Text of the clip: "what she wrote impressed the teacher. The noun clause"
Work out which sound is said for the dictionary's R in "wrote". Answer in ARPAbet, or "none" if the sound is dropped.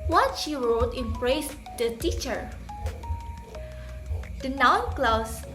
R